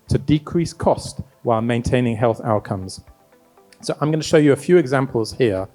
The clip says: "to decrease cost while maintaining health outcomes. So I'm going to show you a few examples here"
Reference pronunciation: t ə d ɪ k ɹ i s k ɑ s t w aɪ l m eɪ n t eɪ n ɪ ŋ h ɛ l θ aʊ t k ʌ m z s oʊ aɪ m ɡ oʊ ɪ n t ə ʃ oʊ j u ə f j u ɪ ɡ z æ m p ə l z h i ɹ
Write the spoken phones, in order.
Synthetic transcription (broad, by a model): t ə d ɪ k ɹ i s k ɑ s t w aɪ l m eɪ n t eɪ n ɪ ŋ h ɛ l θ aʊ t k ʌ m z s oʊ aɪ m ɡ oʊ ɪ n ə ʃ oʊ j ə f j u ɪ ɡ z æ m p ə l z h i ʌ